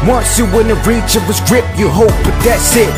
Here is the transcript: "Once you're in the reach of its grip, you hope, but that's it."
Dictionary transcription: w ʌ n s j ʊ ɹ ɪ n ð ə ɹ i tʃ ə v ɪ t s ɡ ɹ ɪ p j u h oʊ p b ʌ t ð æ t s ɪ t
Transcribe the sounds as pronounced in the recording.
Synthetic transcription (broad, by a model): w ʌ n s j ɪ w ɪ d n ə ɹ i tʃ ə v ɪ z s ɡ ɹ ɪ p j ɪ h oʊ p b ʌ t ð æ t s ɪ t